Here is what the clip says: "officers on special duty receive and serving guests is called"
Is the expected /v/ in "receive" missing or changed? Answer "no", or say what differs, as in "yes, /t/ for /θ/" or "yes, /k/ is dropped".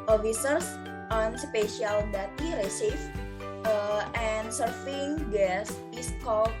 yes, /f/ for /v/